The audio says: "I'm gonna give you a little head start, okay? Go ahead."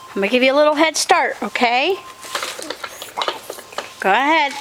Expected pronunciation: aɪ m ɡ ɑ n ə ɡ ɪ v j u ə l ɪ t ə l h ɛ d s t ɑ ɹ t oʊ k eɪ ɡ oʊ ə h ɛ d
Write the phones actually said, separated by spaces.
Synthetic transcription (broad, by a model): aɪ m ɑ ə ɡ ɪ v j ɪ ə l ɪ t l h ɛ d s t ɑ ɹ t oʊ k eɪ ɡ oʊ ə h ɛ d